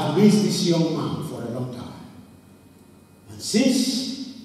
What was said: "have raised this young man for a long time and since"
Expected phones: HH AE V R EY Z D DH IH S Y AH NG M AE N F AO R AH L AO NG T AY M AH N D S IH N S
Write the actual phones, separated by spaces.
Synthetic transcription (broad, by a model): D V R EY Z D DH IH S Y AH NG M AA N F AO R AH L AO NG T AY M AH N S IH N S